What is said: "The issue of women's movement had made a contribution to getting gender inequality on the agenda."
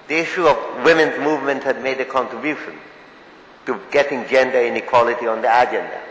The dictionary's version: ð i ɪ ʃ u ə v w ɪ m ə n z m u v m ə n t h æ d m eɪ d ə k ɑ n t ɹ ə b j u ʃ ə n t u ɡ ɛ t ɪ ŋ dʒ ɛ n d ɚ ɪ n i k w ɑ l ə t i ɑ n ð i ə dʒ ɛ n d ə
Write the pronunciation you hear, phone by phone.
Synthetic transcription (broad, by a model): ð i ɪ ʃ u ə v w ɪ m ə n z m u v m ə n t h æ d m eɪ d ə k ɑ n t ɹ ə b j u ʃ ə n t u ɡ ɛ t ɪ ŋ dʒ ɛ n d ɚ ɪ n i k w ɑ l ə t i ɑ n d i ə dʒ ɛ n d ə